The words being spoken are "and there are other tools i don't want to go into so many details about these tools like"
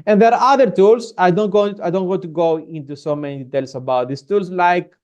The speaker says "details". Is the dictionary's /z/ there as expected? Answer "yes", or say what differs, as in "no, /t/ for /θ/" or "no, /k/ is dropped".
no, /s/ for /z/